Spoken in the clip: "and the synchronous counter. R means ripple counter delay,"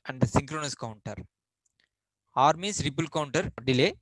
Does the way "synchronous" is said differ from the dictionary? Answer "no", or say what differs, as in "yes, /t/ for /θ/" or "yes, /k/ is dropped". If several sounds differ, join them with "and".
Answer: no